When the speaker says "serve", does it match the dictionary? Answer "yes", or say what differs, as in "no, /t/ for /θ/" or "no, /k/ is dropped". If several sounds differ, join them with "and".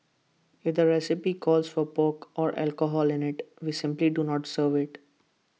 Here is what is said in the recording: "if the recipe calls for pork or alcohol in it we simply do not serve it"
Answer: yes